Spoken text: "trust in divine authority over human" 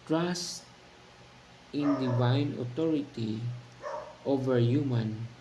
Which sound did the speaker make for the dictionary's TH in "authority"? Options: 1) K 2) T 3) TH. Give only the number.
2